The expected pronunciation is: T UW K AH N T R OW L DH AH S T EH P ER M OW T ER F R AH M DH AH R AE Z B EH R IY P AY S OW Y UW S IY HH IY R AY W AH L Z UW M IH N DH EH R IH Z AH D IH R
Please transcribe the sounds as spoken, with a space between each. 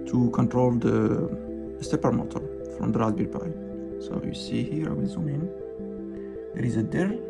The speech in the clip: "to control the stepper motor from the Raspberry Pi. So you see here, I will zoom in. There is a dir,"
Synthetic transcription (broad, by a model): T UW K AH N T R OW L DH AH S T EH P ER M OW T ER F R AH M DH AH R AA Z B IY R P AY S OW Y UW S IY HH IY R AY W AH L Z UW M IH N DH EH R IH Z AH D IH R